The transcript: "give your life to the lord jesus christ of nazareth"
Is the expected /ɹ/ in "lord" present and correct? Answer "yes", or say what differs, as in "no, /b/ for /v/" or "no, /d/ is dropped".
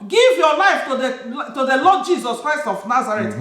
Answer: no, /l/ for /ɹ/